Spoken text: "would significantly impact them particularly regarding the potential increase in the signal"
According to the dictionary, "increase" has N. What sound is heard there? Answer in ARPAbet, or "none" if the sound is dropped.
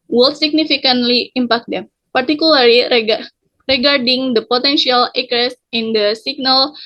none